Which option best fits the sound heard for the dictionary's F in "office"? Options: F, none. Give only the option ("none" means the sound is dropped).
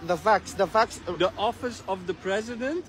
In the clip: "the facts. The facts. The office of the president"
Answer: F